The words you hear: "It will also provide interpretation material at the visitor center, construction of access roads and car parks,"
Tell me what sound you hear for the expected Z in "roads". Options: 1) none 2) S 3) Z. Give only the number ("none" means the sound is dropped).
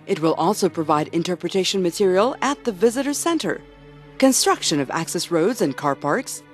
3